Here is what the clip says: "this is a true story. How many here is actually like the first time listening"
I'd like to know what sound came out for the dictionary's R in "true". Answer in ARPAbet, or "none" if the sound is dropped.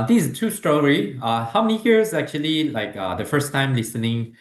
none